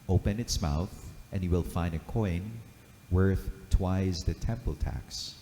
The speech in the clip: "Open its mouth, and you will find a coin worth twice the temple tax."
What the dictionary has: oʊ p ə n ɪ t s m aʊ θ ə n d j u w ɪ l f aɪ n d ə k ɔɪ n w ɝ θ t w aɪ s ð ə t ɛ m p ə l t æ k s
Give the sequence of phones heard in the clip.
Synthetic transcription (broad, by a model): oʊ p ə n ɪ t s m aʊ θ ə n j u w ɪ l f aɪ n d ə k ɔɪ n w ɝ θ t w aɪ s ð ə t ɛ m p ə l t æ k s